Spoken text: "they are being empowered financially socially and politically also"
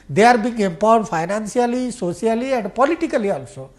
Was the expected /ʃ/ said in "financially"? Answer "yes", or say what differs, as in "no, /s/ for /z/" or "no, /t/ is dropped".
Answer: no, /s/ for /ʃ/